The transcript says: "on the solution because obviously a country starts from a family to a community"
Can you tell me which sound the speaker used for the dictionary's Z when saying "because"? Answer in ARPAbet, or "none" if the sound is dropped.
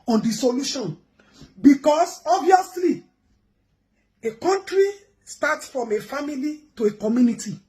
S